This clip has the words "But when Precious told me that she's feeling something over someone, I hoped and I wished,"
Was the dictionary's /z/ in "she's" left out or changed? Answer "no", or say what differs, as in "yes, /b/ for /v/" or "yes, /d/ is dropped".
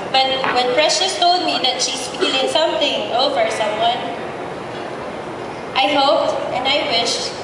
yes, /s/ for /z/